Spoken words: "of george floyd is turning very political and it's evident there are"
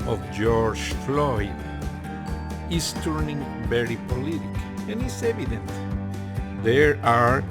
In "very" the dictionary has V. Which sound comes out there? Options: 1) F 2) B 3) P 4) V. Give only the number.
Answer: 2